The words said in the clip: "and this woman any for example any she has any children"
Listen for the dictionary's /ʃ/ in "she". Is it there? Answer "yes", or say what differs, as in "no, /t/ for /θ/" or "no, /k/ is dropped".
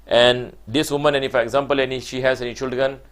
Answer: yes